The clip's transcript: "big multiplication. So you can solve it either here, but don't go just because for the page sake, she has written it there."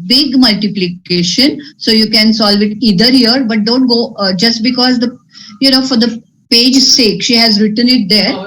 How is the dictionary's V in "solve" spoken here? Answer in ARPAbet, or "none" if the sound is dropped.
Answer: V